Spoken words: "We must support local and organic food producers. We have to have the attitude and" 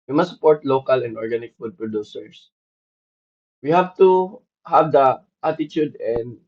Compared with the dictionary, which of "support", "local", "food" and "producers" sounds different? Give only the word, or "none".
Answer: producers